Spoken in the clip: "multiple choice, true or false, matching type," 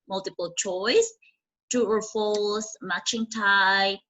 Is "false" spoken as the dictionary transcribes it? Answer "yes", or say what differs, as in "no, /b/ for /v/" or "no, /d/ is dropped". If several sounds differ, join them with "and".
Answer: no, /l/ is dropped